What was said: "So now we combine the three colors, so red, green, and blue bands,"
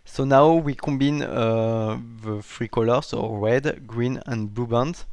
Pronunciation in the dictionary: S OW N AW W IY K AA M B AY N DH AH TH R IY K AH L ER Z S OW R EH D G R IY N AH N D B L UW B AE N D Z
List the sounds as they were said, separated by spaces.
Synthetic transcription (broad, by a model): S OW N AW W IY K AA M B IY N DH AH F R IY K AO L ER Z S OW R EH D G R IY N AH N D B L UW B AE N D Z